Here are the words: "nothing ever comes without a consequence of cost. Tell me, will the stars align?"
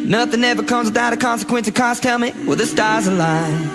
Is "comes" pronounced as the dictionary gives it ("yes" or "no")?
yes